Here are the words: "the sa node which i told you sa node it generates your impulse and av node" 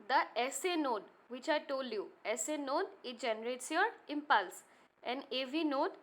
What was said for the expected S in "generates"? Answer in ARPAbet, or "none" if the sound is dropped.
S